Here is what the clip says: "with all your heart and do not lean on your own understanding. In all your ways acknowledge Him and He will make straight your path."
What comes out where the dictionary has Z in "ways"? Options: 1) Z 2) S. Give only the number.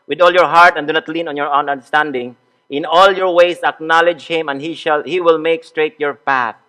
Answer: 2